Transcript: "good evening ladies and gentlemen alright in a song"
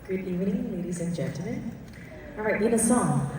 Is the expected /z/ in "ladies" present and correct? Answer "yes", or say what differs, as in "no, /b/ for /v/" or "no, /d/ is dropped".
yes